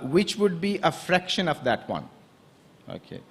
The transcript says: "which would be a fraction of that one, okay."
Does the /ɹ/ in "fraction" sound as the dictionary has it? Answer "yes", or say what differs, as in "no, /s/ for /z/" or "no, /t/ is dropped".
yes